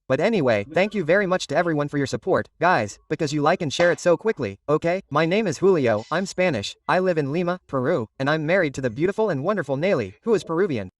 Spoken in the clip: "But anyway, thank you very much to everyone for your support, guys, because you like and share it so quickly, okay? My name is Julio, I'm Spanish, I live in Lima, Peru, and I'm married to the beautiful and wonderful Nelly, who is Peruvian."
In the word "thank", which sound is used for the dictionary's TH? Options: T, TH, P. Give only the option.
TH